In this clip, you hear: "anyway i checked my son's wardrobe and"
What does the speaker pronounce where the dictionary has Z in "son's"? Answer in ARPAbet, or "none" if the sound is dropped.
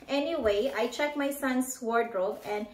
S